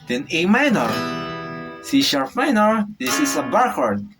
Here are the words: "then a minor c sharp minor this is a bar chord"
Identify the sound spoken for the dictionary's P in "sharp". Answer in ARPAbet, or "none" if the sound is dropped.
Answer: F